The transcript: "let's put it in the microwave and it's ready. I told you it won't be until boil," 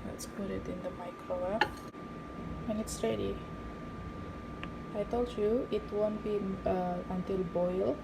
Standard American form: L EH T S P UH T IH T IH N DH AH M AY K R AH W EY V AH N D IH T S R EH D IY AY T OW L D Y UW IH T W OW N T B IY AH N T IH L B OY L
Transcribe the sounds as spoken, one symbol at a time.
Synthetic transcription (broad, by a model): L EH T S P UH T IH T IH N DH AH M AY K R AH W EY AH N IH T S R EH D IY AY T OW L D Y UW IH T W OW N T B IY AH N T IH L B OY L